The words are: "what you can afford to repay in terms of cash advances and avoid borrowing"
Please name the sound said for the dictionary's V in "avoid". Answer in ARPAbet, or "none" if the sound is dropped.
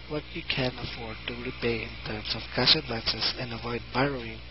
V